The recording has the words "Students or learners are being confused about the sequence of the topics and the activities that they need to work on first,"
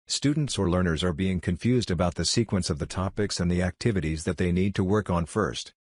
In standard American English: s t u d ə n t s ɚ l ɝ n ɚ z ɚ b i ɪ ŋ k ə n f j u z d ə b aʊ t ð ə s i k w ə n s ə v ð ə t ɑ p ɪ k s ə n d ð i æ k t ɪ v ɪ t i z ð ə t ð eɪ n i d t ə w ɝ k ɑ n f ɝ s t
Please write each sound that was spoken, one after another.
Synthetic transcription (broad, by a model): s t u d n t s ɚ l ɝ n ɚ z ɚ b i ɪ ŋ k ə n f j u z d ə b aʊ t ð ə s i k w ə n s ə v ð ə t ɑ p ɪ k s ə n ð i æ k t ɪ v ɪ t i z ð ə t ð eɪ n i d t ə w ɝ k n f ɝ s t